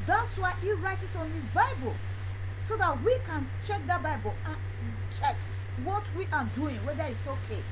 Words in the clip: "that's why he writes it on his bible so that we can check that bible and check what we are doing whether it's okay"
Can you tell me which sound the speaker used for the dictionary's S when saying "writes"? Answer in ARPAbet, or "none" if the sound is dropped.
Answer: none